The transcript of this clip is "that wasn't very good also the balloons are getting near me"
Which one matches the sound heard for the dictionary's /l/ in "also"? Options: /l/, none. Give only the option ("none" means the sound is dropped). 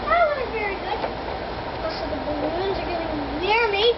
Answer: none